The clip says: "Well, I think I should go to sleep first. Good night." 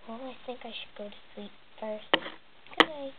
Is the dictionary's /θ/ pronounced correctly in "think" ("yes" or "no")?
yes